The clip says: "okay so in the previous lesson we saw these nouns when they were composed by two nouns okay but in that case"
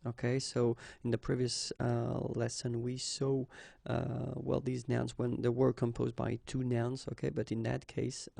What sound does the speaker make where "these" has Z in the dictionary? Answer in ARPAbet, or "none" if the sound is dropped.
Z